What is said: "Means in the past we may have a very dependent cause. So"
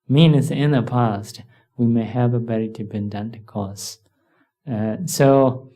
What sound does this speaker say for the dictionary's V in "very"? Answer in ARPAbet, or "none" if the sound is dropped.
B